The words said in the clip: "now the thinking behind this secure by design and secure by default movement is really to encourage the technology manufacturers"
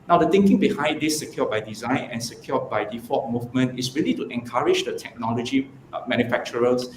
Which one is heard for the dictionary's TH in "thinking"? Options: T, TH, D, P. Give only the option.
T